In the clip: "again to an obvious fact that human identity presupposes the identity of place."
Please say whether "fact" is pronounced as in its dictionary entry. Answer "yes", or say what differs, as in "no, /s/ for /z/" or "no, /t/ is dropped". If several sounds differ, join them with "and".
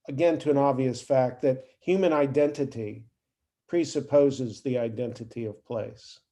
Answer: yes